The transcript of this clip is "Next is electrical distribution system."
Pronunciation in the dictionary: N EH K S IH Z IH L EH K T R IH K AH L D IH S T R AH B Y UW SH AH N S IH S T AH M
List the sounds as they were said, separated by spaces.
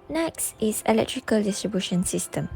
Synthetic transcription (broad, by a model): N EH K S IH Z IH L EH K T R IH K AH L D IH S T R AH B Y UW SH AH N S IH S T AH M